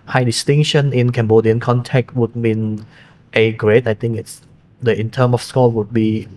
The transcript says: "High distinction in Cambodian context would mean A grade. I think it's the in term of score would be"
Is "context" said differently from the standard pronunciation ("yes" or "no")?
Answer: yes